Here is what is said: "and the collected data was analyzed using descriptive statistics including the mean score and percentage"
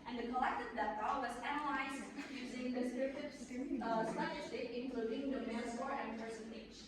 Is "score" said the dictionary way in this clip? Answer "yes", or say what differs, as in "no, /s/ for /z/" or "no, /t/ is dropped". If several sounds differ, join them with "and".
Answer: no, /k/ is dropped